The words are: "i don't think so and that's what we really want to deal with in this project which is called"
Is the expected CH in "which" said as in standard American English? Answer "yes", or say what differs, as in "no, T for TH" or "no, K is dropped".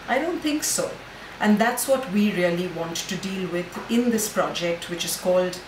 yes